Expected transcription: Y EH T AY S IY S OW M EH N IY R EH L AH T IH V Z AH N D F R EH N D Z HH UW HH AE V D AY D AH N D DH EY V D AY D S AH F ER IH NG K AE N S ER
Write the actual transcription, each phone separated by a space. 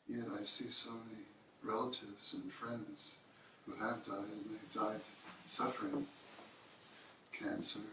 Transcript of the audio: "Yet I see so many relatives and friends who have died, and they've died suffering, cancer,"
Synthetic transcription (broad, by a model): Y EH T AY S IY S OW M EH N IY R EH L AH T IH V Z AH N F R EH N D Z HH UW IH V D AY D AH N DH EY V D AY D S AH F ER IH NG K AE N S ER